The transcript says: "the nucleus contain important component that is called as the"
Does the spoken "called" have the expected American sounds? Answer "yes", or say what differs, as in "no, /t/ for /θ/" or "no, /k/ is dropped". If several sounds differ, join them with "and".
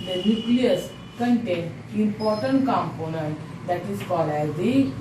no, /d/ is dropped